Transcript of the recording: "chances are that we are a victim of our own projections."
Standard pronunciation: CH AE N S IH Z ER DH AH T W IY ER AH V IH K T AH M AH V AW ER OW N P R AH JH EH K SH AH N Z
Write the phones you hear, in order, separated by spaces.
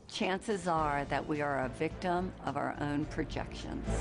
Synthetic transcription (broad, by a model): CH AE N S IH Z ER DH AH T W IY ER AH V IH K T AH M AH V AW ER OW N P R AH JH EH K SH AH N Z